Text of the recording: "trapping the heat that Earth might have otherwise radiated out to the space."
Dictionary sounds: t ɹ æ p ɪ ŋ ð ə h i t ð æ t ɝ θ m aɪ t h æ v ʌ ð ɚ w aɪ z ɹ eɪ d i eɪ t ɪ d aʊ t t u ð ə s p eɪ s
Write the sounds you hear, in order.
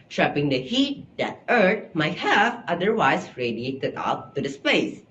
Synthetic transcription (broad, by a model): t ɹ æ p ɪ ŋ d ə h i t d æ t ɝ t m aɪ t h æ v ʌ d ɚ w aɪ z ɹ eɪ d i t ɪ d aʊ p t u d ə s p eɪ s